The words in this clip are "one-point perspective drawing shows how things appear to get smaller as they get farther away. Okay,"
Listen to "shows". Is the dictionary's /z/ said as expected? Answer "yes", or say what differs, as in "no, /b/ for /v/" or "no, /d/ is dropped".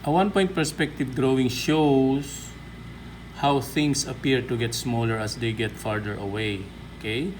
no, /s/ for /z/